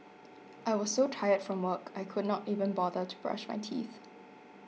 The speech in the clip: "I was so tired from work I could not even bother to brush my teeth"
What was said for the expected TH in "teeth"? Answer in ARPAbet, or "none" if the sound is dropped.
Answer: TH